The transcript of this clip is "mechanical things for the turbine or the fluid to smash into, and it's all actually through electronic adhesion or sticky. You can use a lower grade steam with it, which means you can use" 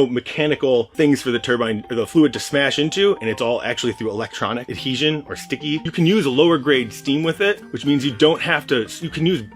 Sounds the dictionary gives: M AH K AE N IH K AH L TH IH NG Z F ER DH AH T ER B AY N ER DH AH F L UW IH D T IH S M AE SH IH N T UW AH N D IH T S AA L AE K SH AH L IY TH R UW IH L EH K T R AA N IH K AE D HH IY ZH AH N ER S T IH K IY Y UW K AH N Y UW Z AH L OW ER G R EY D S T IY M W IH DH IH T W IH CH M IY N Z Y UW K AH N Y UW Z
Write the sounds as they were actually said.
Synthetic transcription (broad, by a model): M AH K AE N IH K L TH IH NG Z F ER DH AH T ER B AY N DH AH F L UW IH D T IH S M AE SH IH N T UW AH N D IH T S AA L AE K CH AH L IY TH R UW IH L EH K T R AA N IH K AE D HH IY ZH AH N ER S T IH K IY Y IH K AH N Y UW Z AH L OW ER G R EY D S T IY M W IH DH IH T W IH CH M IY N Z Y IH K AH N Y UW Z